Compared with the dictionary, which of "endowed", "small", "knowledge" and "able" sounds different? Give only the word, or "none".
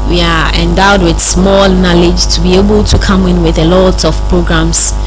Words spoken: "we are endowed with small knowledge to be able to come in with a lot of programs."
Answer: none